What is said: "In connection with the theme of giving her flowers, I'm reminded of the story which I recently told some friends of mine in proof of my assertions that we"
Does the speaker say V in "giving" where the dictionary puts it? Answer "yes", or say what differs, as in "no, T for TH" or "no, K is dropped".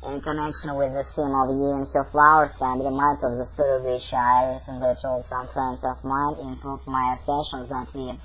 no, V is dropped